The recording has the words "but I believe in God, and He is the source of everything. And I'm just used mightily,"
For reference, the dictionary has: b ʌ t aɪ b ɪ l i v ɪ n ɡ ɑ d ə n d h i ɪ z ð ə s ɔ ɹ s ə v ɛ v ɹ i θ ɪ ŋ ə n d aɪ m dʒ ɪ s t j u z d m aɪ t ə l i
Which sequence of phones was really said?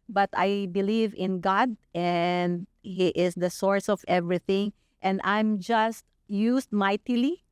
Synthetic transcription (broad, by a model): b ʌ t aɪ b ɪ l i v ɪ n ɡ ɑ d ə n d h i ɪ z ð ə s ɔ ɹ s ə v ɛ v ɹ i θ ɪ ŋ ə n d aɪ m dʒ ɪ s t j u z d m aɪ t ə l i